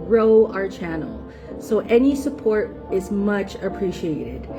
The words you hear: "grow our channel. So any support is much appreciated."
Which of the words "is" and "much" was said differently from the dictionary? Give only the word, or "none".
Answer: none